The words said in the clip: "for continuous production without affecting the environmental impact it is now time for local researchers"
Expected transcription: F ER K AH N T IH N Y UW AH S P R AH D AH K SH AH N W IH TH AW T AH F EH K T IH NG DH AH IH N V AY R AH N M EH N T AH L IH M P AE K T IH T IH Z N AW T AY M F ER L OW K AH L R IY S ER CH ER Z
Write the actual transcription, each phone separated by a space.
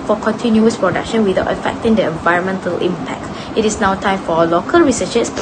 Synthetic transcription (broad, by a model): F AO K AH N T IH N Y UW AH S P R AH D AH K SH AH N W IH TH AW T AH F EH K T IH NG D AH IH N V AY R AH N M EH N T AH L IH M P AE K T IH T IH S N AW T AY M F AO L OW K AH L R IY S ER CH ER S